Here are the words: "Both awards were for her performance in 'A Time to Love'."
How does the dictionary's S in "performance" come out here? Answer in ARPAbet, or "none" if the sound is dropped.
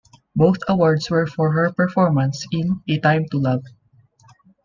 S